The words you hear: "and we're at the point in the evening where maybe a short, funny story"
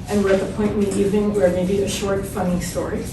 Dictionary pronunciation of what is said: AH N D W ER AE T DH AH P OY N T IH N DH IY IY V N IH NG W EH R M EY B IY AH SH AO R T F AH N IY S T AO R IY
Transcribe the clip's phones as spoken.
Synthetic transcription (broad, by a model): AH N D W ER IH T DH AH P OY N T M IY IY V IH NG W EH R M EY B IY AH SH AO R T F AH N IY S T AO R IY